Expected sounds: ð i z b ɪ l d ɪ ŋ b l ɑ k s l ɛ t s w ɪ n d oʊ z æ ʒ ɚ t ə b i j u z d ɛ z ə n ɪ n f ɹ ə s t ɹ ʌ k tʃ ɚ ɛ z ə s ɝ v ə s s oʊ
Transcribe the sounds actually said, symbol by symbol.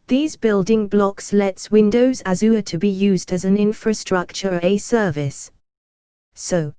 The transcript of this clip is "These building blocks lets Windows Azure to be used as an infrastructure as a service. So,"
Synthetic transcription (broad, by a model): ð i z b ɪ l d ɪ ŋ b l ɑ k s l ɛ t s w ɪ n d oʊ z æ z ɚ t ə b i j u z d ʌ z ə n ɪ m f ɹ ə s t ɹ ʌ k tʃ ɚ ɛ ə s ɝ v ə s s oʊ